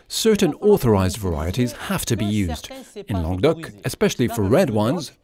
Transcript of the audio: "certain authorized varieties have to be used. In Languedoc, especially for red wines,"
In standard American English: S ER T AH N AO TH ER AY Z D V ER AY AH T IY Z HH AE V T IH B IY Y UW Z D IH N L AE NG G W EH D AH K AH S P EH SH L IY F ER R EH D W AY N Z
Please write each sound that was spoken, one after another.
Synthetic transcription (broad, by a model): S ER T N AO TH ER AY Z D V ER AY AH T IY Z HH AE F T IH B IY Y UW Z D IH N L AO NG D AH K AH S P EH SH L IY F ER R EH D W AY N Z